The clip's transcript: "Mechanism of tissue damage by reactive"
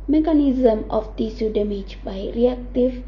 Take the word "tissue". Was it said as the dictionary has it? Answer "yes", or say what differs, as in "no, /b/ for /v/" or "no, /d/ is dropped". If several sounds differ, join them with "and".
no, /s/ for /ʃ/